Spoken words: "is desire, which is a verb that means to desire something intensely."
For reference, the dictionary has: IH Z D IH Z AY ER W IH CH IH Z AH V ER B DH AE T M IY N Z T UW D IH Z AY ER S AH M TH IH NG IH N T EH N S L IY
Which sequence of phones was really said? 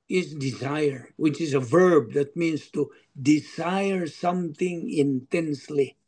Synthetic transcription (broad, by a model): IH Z D IH Z AY ER W IH CH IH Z AH V ER B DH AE T M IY N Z T UW D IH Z AY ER S AH M TH IH NG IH N T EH N S L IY